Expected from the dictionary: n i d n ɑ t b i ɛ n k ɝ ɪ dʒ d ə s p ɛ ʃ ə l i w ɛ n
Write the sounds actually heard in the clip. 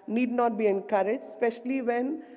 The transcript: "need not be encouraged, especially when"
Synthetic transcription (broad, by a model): n i d n ɑ t b i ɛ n k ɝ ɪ d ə s p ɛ ʃ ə l i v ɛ n